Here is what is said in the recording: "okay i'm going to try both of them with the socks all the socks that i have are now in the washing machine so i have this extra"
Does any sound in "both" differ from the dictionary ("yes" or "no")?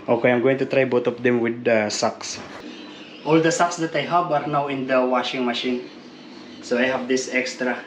yes